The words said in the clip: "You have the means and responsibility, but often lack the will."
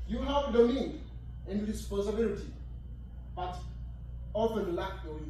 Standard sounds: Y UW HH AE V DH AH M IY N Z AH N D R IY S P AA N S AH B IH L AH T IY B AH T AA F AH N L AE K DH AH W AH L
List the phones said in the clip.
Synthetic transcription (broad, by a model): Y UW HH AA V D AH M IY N AH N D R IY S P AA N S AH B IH L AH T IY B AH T AA F AH N L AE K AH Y